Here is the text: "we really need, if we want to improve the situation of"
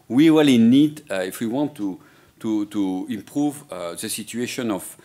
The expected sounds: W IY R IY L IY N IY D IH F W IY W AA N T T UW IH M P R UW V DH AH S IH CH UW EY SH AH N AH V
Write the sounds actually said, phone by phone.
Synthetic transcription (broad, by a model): W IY W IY L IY N IY D IH F W IY W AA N T T UW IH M P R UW V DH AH S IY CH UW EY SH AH N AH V